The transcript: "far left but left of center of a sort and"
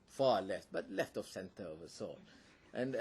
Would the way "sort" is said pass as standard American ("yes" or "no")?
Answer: no